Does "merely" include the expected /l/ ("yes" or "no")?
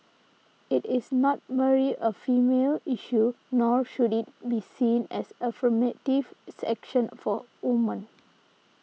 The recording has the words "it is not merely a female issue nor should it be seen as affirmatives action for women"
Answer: no